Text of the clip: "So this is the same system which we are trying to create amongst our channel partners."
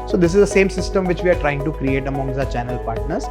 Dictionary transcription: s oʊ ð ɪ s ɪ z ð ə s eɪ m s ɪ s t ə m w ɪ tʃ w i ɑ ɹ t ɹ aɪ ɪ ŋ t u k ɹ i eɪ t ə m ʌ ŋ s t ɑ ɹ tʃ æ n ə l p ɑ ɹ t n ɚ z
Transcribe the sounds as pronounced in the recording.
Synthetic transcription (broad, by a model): s oʊ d ɪ s ɪ z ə s eɪ m s ɪ s t ə m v ɪ tʃ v i ɑ ɹ t ɹ aɪ ɪ ŋ t u k ɹ i eɪ t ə m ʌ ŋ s ɑ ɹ tʃ æ n ə l p ɑ ɹ t n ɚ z